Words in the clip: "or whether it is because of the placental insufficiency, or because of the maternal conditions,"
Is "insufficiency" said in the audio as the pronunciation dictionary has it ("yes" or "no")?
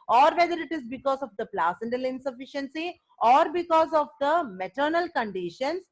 yes